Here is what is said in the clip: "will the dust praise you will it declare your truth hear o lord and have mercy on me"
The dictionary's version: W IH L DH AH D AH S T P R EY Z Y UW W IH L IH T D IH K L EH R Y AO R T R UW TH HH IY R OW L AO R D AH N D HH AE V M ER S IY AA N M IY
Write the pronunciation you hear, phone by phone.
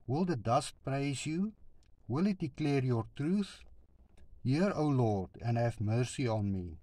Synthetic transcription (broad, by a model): W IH L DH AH D AH S T P R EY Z Y UW W IH L IH T D IH K L EH R Y AO R T R UW TH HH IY R OW L AO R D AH N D HH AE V M ER S IY AA N M IY